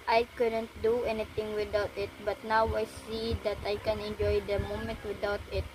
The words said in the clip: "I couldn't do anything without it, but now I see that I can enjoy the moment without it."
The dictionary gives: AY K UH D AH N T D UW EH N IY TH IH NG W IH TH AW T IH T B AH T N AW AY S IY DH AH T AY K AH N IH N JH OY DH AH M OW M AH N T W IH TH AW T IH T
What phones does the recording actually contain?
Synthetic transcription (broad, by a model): AY K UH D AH N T D UW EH N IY T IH NG W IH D AW T IH T B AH T N AW AY S IY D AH T AY K AH N IH N JH OY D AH M OW M AH N T W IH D AW T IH T